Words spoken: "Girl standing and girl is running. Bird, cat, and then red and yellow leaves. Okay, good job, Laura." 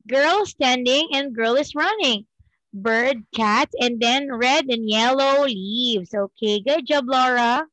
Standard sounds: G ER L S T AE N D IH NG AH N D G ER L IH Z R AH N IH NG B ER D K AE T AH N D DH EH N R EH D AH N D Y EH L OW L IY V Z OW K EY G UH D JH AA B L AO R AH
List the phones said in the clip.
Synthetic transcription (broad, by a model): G ER L S T AE N D IH NG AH N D G ER L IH S R AH N IH NG B ER D K AE T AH N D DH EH N R EH D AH N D Y EH L OW L IY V S OW K EY G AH JH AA B L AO R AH